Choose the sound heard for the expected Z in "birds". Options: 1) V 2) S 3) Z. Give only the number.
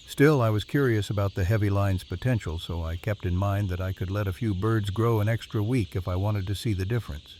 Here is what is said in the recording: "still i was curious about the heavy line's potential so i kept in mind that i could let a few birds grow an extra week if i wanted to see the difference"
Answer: 3